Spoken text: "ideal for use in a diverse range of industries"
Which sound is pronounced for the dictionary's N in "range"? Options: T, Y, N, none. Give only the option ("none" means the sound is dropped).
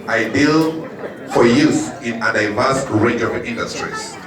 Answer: none